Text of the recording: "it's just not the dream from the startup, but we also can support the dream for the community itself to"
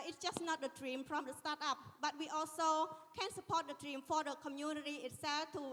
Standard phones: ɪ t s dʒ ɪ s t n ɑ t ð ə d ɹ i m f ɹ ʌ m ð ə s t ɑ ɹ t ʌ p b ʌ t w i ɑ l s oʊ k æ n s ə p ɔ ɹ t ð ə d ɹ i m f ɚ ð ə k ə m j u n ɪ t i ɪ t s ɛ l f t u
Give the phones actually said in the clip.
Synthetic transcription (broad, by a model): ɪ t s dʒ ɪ s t n ɑ t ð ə d ɹ i m p ɹ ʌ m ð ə s t ɑ t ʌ p b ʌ t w i ɑ l s oʊ k æ n s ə p ɔ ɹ t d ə d ɹ i m f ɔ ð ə k ə m j u n ɪ t i ɪ t s ɛ l f t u